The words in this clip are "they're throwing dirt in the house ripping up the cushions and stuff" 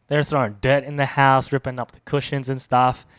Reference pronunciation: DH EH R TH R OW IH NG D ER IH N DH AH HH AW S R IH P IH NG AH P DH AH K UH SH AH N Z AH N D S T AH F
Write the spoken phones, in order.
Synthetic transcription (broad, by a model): DH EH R S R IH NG D ER IH N DH AH HH AW S R IH P IH NG AH P DH AH K UH SH AH N Z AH N S T AH F